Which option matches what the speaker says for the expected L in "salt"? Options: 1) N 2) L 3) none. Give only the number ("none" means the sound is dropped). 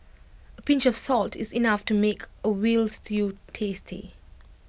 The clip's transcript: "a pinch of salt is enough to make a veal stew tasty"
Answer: 2